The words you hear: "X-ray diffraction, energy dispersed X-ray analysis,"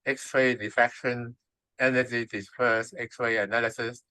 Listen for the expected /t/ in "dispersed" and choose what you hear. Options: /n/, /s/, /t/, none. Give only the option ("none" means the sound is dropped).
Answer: none